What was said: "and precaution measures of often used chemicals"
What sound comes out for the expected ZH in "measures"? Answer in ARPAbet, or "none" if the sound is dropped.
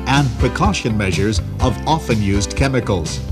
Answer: ZH